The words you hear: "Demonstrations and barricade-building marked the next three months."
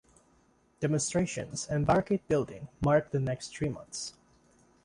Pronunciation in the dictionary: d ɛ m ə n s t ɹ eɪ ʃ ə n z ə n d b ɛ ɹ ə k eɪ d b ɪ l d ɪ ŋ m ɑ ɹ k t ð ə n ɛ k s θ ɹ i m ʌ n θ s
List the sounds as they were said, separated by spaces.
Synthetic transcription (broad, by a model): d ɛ m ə n s t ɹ eɪ ʃ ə n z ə n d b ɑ ɹ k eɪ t b ɪ l d ɪ ŋ m ɑ ɹ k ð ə n ɛ k s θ ɹ i m ʌ n θ s